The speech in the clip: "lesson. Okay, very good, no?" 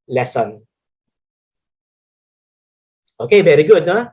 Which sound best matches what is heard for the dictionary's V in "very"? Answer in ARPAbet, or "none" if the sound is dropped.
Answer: B